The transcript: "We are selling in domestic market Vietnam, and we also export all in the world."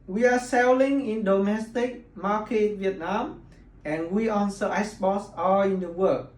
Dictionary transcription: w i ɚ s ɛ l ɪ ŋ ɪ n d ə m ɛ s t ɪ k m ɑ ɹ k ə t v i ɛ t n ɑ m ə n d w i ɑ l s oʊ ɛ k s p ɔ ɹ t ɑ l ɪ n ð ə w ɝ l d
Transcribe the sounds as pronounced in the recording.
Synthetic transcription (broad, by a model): w i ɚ s ɛ l ɪ ŋ ɪ n d ə m ɛ s t ɪ k m ɑ k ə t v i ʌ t n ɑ m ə n w i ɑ n s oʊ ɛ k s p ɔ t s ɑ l ɪ n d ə w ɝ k